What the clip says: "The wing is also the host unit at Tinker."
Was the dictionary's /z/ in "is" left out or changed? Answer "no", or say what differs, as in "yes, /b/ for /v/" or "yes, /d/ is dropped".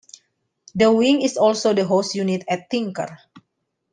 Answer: yes, /s/ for /z/